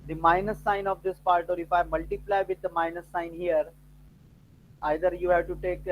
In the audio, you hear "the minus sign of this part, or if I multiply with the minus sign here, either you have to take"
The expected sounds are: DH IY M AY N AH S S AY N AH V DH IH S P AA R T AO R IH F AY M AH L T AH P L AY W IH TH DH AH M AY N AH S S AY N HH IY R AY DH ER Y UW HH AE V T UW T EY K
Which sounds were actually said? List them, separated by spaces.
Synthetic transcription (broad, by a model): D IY M AY N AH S S AY N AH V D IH S P AA R T AO R IH F AY M AH L T AH P L AY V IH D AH M AY N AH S S AY N HH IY R AY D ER Y UW HH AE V T UW T EY K